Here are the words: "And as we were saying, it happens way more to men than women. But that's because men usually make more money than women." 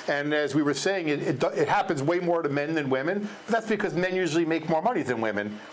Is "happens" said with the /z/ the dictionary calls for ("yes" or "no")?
yes